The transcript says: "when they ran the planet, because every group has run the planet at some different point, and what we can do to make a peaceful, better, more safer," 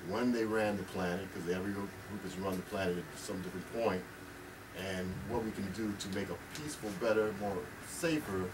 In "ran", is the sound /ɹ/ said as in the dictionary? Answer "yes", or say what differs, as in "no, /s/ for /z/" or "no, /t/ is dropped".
yes